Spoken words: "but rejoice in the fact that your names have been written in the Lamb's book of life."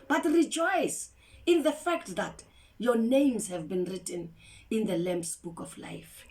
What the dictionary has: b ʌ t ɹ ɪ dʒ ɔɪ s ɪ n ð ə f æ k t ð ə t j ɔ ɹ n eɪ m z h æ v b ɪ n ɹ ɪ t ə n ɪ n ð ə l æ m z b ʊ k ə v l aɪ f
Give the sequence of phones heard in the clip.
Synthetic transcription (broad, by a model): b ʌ t ɹ ɪ dʒ ɔɪ s ɪ n ð ə f æ k t ð ə t j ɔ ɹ n eɪ m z h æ v b ɪ n ɹ ɪ t ə n ɪ n ð ə l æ m s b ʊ k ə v l aɪ f